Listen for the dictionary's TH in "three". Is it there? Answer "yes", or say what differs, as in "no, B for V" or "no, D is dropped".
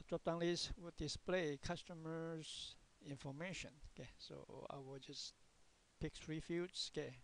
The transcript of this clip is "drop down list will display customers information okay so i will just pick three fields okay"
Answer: no, F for TH